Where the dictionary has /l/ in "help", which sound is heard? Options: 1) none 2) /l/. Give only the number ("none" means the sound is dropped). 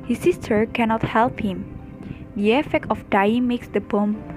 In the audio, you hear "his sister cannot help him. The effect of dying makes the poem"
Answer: 2